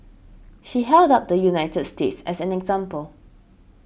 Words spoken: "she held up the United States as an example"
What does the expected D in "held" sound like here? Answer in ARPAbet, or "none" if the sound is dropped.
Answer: D